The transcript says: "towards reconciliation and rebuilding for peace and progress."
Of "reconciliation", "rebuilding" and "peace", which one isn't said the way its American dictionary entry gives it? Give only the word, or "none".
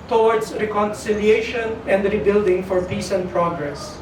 none